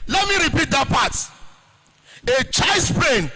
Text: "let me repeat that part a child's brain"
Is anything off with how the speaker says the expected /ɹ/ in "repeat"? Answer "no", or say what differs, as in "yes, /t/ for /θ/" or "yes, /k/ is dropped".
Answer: no